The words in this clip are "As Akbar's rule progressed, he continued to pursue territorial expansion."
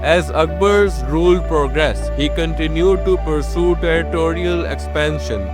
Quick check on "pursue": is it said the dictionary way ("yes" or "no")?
yes